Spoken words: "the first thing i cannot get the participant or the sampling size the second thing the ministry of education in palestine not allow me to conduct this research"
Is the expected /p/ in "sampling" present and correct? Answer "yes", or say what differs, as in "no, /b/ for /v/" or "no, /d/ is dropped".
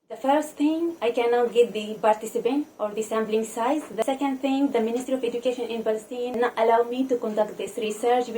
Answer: no, /b/ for /p/